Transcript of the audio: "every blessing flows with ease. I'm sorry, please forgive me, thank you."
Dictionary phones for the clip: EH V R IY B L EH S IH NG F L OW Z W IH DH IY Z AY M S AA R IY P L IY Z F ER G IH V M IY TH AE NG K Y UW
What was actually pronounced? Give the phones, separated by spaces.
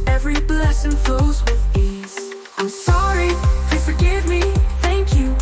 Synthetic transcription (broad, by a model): EH V R IY B L EH S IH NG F OW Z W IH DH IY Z AY M S AA R IY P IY F ER G IH V M IY TH AE NG K Y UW